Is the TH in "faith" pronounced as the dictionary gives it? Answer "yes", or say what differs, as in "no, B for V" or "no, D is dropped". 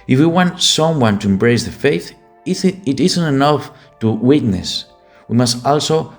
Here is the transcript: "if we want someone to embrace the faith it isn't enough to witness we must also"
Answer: yes